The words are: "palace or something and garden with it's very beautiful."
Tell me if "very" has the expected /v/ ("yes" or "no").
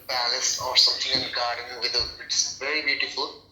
yes